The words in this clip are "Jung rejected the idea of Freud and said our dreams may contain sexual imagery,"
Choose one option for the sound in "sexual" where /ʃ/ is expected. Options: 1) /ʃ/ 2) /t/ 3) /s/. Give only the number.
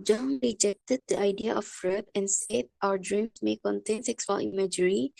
3